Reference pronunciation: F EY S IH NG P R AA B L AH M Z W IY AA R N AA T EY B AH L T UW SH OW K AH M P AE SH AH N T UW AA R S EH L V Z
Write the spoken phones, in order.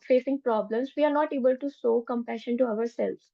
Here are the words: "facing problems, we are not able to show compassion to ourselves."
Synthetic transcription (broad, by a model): F EY S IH NG P R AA B L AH M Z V IY AA R N AA T EY B AH L T UW S OW K AH M P AE SH AH N T UW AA R S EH L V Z